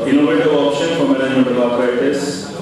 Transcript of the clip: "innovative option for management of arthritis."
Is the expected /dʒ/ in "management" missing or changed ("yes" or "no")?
yes